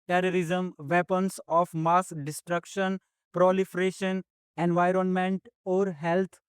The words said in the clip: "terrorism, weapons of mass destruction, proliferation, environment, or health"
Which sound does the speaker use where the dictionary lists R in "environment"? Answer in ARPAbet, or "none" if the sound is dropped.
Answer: R